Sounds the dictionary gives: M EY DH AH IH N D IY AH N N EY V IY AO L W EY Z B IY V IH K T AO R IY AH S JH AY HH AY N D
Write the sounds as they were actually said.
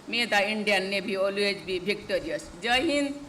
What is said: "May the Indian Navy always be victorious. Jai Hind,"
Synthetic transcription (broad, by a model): M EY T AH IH N D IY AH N N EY B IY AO L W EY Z B IY B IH K T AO R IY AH S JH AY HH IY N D